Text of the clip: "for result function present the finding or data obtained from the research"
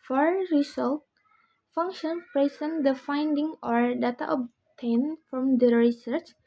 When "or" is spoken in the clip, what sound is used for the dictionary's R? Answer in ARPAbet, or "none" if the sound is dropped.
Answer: R